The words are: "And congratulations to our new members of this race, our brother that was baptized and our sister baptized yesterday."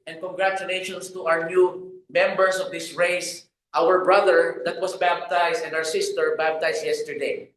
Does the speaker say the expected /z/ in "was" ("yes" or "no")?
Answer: no